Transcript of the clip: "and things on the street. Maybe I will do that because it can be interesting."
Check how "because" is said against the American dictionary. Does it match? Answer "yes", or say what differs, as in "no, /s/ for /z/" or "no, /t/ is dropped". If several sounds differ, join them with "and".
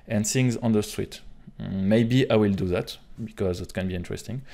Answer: yes